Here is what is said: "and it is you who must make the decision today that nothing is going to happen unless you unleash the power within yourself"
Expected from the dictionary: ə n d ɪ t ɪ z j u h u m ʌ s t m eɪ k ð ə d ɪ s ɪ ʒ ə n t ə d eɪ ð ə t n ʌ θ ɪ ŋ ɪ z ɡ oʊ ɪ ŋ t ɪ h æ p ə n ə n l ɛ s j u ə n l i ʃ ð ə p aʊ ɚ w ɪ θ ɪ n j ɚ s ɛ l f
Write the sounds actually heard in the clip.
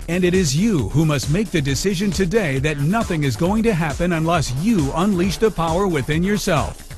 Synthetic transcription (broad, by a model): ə n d ɪ t ɪ z j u h u m ʌ s t m eɪ k ð ə d ɪ s ɪ ʒ ə n t ə d eɪ ð ə t n ʌ θ ɪ ŋ ɪ z ɡ oʊ ɪ ŋ t ɪ h æ p ə n ə n l ɛ s j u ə n l i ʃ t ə p aʊ ɚ w ɪ θ ɪ n j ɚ s ɛ l f